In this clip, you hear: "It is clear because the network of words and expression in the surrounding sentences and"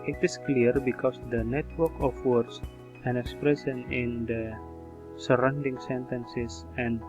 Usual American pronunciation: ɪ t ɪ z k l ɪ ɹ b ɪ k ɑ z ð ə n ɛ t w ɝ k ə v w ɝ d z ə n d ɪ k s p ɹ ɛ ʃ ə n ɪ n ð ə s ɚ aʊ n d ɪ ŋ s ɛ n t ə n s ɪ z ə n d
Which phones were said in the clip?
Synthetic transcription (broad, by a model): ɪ t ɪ s k l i ɹ b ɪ k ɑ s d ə n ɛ t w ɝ k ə f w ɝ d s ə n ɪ k s p ɹ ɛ s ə n ɪ n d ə s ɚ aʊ n d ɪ ŋ s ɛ n t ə n s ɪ s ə n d